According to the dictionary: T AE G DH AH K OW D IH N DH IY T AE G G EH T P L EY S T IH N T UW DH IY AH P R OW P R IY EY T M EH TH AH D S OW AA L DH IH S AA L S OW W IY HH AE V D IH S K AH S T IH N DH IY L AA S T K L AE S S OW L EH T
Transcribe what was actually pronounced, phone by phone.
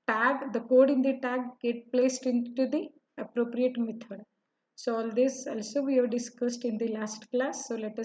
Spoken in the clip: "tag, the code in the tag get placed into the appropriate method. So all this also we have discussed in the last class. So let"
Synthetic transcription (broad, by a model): T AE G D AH K OW D IH N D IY T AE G G EH T P L EY S T IH N T UW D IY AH P R OW P R IY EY T M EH T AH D S OW AA L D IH S AA L S OW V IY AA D D IH S K AH S T IH N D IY L AA S T K L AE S S OW L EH T